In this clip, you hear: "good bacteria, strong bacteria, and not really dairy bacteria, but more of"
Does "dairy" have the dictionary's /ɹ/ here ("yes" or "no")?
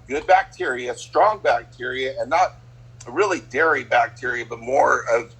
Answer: yes